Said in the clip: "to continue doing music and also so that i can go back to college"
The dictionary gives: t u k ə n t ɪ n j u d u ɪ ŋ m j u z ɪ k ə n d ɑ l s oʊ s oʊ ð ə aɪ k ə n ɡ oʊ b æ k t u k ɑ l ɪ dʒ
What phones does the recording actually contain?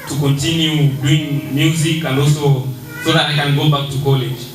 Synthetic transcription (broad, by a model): t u k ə n t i n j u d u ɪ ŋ m j u z ɪ k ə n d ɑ s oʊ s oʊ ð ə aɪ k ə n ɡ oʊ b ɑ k t u k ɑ l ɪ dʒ